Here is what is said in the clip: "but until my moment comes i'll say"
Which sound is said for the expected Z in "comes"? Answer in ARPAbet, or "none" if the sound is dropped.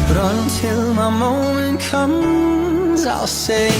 Z